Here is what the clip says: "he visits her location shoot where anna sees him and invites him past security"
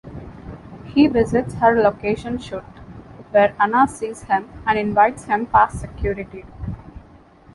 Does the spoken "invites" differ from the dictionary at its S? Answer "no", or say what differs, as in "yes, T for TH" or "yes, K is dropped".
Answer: no